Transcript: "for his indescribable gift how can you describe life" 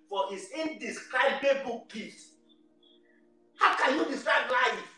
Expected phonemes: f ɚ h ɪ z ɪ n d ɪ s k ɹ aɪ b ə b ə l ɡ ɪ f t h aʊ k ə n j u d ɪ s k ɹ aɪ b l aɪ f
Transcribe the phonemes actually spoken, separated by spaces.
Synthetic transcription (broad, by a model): f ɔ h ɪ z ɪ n d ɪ s k ɹ aɪ b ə b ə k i t h aʊ k ə n j u d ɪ s k ɹ aɪ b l aɪ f